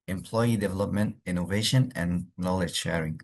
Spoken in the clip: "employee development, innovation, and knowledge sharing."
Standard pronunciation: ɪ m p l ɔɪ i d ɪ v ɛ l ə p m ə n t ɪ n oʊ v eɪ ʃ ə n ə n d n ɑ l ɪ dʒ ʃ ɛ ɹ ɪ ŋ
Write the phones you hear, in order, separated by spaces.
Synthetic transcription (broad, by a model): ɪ m p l ɔɪ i d ɪ v ɛ l ə p m ə n t ɪ n oʊ v eɪ ʃ ə n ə n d n ɑ l ɪ dʒ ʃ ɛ ɹ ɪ ŋ